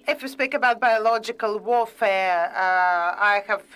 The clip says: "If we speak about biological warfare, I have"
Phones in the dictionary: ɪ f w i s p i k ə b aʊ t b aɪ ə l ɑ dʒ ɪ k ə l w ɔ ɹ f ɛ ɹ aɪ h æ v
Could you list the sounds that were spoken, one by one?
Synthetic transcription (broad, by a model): ɪ f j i s p i k ə b aʊ t b aɪ ə l ɑ dʒ ɪ k ə l w ɔ f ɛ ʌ aɪ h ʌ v